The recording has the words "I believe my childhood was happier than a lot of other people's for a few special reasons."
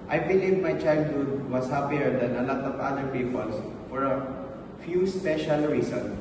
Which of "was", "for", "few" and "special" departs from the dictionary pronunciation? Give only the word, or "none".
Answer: was